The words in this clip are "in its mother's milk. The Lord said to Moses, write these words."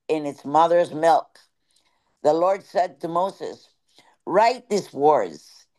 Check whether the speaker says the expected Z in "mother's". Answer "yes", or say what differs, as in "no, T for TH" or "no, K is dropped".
yes